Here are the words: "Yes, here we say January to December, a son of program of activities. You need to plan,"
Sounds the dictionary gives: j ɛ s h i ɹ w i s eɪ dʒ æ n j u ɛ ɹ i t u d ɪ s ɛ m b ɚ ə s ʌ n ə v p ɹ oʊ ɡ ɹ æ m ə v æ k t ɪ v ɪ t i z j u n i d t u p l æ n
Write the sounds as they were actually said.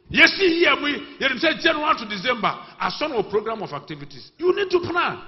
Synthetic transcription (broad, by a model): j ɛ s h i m w i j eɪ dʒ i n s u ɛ w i t u d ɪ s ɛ m b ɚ ə s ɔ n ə p ɹ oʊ ɡ ɹ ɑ m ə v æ k t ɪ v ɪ t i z j u n i d t u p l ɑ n